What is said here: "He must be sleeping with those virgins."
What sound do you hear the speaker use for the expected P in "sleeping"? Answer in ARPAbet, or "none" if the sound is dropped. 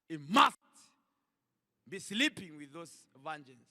P